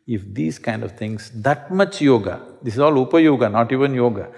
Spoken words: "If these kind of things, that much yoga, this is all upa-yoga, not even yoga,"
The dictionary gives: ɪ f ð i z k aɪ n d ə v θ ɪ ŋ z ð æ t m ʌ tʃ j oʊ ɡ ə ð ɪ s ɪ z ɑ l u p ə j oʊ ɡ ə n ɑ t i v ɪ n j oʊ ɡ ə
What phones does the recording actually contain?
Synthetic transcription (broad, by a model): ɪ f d i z k aɪ n d ə v t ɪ ŋ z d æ t m ʌ tʃ j oʊ ɡ ə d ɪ s ɪ z ɑ l u p ə j oʊ ɡ ə n ɑ t i v ɪ n j oʊ ɡ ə